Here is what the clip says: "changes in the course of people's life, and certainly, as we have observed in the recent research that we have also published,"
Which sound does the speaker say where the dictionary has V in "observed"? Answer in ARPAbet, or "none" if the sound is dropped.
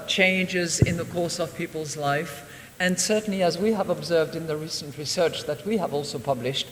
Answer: V